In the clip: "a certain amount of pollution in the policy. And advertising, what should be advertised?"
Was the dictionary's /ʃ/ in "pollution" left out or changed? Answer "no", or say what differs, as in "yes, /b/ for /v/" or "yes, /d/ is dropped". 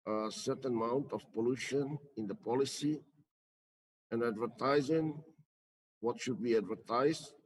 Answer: no